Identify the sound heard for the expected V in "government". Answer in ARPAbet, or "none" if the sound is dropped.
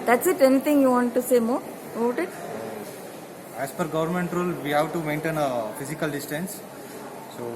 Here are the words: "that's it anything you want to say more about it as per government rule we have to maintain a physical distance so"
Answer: V